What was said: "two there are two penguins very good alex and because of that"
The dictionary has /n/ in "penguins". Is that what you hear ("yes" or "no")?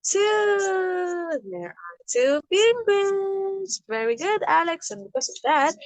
no